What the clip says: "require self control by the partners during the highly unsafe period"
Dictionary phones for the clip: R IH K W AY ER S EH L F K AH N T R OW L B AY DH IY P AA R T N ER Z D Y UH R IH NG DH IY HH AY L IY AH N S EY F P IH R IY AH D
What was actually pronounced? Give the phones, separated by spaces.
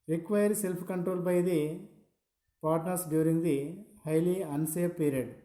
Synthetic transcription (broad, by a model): R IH K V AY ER S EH L P K AH N T R OW L B AY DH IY P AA R T N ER S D Y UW R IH NG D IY HH AY L IY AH N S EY P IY R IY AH D